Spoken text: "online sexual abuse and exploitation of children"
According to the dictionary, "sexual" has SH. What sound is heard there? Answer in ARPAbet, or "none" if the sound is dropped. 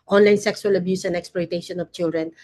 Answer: S